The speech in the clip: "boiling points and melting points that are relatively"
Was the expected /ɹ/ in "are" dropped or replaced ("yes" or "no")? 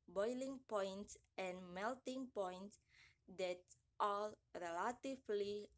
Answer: yes